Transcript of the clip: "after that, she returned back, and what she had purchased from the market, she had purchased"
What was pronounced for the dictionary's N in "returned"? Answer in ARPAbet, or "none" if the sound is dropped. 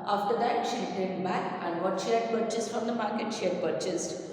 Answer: none